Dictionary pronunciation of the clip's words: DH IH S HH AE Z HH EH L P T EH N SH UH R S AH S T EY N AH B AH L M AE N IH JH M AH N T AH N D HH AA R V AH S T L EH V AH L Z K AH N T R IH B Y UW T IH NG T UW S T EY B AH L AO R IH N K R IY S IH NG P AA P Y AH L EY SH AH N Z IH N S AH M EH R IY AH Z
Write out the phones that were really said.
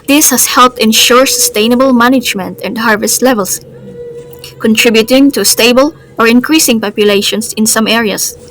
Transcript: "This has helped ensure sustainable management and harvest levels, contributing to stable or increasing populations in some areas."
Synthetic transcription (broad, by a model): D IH S HH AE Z HH EH L P T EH N SH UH R S AH S T EY N AH B AH L M AE N IH JH M AH N T AH N D HH AA R V AH S T L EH V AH L S K AH N T R IH B Y UW T IH NG T UW S T EY B AH L AO R IH N K R IY S IH NG P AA P Y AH L EY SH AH N S IH N S AH M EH R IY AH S